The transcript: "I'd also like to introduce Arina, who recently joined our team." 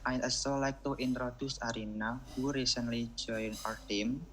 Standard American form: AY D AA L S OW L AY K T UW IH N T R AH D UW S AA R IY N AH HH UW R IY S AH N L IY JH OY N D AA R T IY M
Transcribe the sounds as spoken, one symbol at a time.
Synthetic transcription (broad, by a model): AY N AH S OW L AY K T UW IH N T R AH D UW S AA R IY N AH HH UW R IY S AH N L IY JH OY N AA R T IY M